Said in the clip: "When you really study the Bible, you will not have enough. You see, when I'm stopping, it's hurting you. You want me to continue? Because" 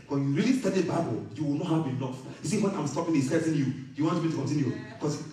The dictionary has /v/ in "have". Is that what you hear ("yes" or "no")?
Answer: no